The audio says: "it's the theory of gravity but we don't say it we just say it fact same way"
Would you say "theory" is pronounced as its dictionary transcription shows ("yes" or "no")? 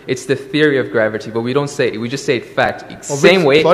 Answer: yes